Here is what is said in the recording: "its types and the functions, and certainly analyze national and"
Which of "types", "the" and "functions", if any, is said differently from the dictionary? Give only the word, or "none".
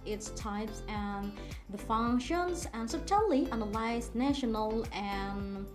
none